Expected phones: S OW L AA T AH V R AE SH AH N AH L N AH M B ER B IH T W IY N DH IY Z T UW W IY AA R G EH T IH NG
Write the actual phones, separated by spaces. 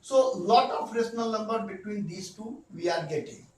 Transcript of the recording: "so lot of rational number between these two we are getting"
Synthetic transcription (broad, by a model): S OW L AA T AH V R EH S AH N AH L N AH M B ER B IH T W IY N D IY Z T UW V IY AA R G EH T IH NG